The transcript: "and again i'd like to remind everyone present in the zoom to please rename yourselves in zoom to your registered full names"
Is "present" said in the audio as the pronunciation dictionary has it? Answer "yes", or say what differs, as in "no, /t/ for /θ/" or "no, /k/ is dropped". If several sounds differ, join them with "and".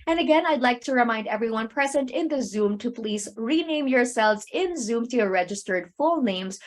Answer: yes